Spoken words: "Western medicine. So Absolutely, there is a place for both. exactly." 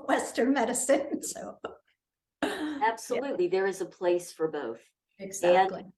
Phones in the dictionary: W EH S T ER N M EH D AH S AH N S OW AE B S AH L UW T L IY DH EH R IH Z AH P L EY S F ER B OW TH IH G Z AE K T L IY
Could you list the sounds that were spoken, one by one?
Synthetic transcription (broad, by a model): W EH S T ER N M EH D AH S AH N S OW AE B S AH L UW T L IY DH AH R IH Z AH P L EY S F ER B OW TH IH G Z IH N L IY